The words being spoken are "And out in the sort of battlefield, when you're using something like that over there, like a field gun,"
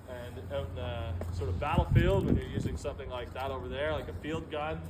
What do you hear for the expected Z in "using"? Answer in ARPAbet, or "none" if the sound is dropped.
Z